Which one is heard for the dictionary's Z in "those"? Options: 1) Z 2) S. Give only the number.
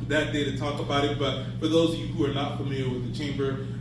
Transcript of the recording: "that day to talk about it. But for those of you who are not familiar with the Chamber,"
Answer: 1